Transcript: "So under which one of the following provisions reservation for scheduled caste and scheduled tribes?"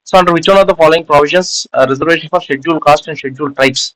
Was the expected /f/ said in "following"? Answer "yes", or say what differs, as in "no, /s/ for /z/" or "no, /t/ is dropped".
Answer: yes